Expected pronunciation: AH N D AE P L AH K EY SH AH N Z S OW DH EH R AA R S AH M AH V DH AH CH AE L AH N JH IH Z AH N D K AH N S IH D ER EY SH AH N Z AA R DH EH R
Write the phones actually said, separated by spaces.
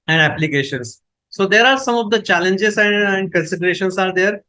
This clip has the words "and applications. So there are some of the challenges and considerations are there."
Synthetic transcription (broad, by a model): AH N D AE P L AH K EY SH AH N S S OW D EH R AA R S AH M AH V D AH CH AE L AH N JH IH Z AH N D K AH N S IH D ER EY SH AH N S AA R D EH R